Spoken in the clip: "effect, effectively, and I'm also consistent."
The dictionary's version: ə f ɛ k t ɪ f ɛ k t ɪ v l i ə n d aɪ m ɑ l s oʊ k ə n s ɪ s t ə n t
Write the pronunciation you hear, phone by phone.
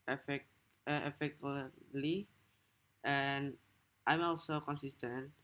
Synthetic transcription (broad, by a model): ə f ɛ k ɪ ɛ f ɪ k l i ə n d aɪ m ɑ l s oʊ k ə n s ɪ s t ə n t